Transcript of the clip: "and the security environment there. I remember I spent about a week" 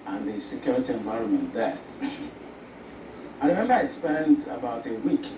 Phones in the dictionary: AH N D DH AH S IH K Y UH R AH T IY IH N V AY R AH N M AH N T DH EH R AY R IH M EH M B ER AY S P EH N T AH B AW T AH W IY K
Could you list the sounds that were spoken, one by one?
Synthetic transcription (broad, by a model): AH N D DH AH S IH K Y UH R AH T IY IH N V AY R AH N M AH N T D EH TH AY R IH M EH M B ER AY S P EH N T AH B AW T AH W IY K